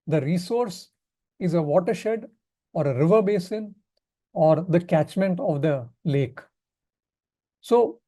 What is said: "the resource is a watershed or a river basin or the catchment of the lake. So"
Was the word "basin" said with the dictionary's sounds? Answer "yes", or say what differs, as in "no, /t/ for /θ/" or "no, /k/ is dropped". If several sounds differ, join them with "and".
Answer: yes